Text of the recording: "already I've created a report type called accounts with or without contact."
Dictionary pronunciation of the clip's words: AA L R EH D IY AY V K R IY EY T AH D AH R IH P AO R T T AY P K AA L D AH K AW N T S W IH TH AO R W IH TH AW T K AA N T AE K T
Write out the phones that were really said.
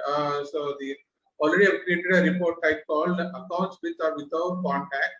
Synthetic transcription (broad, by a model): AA L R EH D IY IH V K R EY T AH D AH R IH P AO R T T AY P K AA L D AH K AW N T S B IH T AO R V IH T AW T K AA N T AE K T